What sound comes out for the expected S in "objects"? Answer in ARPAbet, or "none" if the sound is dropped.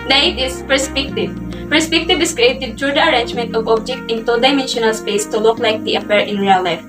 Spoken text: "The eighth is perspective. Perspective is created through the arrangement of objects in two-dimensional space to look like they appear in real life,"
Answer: none